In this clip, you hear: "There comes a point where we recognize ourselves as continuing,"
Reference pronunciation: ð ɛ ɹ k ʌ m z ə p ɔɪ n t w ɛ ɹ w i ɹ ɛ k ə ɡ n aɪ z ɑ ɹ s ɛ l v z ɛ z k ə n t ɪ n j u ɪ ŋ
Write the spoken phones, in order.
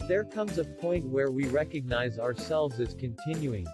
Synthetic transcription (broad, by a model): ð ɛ ɹ k ʌ m z ə p ɔɪ n t w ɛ ɹ w i ɹ ɛ k ə ɡ n aɪ z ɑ ɹ s ɛ l v z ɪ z k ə n t ɪ n j u ɪ ŋ